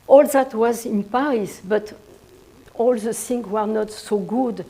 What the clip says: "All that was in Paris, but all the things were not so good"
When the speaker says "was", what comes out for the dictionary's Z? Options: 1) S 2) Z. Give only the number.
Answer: 2